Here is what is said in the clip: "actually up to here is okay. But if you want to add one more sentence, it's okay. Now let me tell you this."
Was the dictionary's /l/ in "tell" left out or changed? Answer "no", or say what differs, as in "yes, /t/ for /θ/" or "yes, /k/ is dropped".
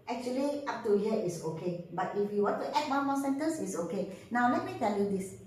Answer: yes, /n/ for /l/